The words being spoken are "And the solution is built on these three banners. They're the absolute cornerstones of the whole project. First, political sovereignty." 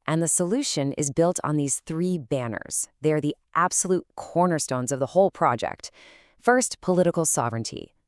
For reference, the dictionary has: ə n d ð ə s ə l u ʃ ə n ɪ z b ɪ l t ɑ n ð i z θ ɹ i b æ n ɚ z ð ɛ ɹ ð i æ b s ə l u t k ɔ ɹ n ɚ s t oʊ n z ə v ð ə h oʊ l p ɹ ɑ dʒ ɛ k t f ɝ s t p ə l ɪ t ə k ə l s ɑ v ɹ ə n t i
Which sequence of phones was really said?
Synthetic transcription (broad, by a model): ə n ð ə s ə l u ʃ ə n ɪ z b ɪ l t n ð i z θ ɹ i b æ n ɚ z ð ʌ ɹ ð i æ b s ə l u t k ɔ ɹ n ɚ s t oʊ n z ə v ð ə h oʊ l p ɹ ɑ dʒ ɛ k t f ɝ s t p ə l ɪ t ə k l s ɑ v ɹ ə n t i